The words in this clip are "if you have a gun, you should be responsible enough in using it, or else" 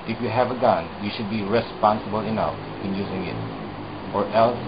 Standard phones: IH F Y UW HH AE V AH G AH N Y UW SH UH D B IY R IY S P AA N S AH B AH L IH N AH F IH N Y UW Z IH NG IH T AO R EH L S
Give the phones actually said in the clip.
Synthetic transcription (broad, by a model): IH F Y UW HH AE V AH G AH N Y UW SH UH D B IY R IY S P AA N S AH B AH L IH N AH F IH N Y UW Z IH NG IH T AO R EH L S